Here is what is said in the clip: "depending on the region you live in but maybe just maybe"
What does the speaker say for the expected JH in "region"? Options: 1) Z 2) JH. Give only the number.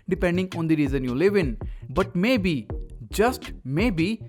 1